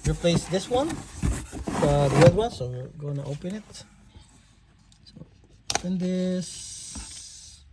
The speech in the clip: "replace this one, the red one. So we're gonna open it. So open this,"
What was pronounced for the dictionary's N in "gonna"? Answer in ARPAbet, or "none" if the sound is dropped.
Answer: none